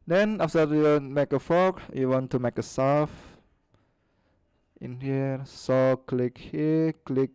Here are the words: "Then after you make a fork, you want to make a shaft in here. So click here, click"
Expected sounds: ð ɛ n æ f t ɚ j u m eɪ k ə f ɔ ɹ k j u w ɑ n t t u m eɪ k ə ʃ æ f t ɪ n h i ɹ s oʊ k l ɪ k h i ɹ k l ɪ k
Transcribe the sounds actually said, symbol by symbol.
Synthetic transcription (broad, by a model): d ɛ n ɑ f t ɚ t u m eɪ k ə f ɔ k j u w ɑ n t t u m eɪ k ə s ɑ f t ɪ n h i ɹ s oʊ k l ɪ k h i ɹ k l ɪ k